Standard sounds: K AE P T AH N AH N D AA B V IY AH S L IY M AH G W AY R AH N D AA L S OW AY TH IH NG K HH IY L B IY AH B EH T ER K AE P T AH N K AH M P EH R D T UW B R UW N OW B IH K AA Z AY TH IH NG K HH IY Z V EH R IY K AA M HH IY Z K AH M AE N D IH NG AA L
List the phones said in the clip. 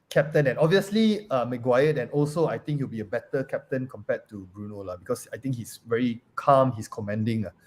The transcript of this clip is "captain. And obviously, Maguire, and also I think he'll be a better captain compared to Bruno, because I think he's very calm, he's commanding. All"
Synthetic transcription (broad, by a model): K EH P T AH N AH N AA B V IY AH S L IY M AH G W AY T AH N AA L S OW AY T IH NG K HH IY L B IY AH B EH T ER K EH P T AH N K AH M P EH T UW B R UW N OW B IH K AA S AY T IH NG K HH IY S V EH R IY K AA M HH IY S K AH M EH N D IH NG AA